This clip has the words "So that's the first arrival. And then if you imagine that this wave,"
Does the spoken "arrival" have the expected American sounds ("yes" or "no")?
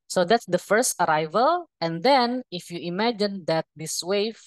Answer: yes